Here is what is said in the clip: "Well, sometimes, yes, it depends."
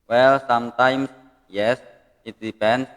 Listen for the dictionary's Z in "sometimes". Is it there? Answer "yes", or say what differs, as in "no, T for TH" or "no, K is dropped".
no, S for Z